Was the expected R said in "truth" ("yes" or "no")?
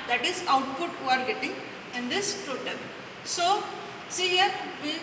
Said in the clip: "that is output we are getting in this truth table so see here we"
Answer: no